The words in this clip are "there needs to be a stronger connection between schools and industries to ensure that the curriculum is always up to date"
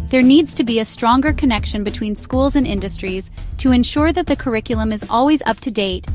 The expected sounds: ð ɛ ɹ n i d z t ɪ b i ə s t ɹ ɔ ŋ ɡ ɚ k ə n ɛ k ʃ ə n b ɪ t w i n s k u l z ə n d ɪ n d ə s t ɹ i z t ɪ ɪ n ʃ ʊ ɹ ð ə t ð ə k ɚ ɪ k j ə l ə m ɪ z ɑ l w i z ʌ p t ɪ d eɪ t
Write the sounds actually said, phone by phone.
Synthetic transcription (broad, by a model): ð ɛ ɹ n i d z t ɪ b i ə s t ɹ ɔ ŋ ɡ ɚ k ə n ɛ k ʃ ə n b ɪ t w i n s k u l z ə n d ɪ n d ə s t ɹ i z t ɪ ɪ n ʃ ʊ ɹ ð ə t ð ə k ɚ ɪ k j l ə m ɪ z ɑ l w i z ʌ p t ɪ d eɪ t